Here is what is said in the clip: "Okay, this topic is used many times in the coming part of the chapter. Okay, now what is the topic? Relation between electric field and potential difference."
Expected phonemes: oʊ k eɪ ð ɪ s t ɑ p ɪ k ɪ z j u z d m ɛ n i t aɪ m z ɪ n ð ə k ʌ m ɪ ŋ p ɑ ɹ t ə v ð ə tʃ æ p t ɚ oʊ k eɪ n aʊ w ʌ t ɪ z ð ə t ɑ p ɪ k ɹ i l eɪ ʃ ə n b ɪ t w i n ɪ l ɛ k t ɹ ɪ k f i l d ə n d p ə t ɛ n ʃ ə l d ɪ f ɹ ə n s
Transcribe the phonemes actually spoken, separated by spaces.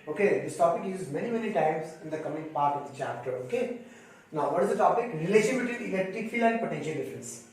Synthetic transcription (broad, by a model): oʊ k eɪ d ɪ s t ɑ p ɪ k ɪ z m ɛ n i m ɛ n i t aɪ m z ɪ n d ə k ʌ m ɪ ŋ p ɑ ɹ t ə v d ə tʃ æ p t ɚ oʊ k eɪ n aʊ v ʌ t ɪ z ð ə t ɑ p ɪ k ɹ i l eɪ ʃ ə n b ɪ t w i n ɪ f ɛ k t ɪ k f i l ə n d p ə t ɛ n ʃ ə l d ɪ f ɹ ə n s